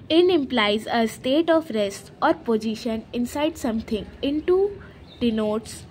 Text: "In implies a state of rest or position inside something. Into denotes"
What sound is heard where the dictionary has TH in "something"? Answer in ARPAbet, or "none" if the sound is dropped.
T